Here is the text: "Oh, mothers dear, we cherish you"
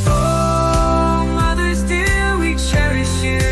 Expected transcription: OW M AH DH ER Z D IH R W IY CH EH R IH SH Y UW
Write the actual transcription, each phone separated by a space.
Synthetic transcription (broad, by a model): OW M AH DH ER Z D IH L W IY CH EH R IH SH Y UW